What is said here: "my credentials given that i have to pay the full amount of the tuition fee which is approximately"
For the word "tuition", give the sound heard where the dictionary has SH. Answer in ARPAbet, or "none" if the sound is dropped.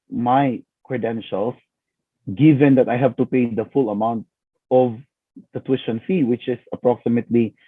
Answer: S